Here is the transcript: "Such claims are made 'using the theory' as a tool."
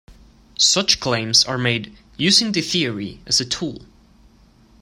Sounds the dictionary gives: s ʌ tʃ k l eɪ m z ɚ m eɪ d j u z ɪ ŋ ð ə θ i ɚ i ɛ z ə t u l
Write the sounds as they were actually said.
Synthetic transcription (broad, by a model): s ʌ tʃ k l eɪ m z ɚ m eɪ d j u z ɪ ŋ ð ə θ i ɚ i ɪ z ə t u l